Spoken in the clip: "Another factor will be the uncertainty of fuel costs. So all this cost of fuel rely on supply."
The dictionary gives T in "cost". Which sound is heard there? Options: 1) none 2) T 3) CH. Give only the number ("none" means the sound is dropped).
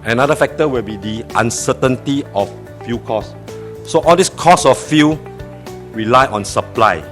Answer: 1